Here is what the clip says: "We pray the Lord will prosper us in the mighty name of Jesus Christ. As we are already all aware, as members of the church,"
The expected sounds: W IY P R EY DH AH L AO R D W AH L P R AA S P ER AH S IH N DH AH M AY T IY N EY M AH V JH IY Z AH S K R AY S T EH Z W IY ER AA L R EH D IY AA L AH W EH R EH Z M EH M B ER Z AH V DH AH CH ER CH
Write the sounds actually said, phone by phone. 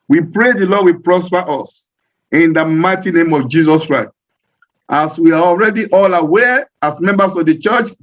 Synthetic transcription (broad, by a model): W IY P R EY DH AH L AO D W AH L P R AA S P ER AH S IH N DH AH M AY T IY N EY M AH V JH IY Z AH S K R AY S T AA S W IY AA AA L R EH D IY AA L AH W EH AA S M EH M B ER S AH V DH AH CH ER CH